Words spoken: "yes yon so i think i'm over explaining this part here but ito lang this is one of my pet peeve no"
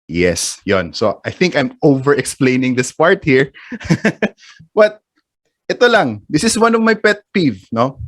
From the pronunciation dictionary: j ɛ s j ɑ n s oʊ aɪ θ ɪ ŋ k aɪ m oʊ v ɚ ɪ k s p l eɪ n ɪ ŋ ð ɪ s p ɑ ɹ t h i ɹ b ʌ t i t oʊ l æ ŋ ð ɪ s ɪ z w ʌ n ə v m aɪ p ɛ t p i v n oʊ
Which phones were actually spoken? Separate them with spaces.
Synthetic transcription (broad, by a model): j ɛ s j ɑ n s oʊ aɪ θ ɪ ŋ k aɪ m oʊ v ɚ ɪ k s p l eɪ n ɪ ŋ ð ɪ s p ɑ ɹ t h i ɹ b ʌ t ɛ t oʊ l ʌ ŋ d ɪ s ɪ s w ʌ n ə v m aɪ p ɛ t p i v n oʊ